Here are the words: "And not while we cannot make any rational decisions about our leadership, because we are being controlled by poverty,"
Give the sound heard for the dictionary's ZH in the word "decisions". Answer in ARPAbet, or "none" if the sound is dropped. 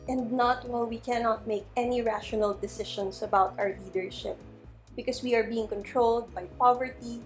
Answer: SH